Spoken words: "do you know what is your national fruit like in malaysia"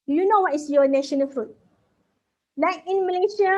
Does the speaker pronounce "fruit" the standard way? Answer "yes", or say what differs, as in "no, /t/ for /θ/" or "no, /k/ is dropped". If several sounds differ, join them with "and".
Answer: yes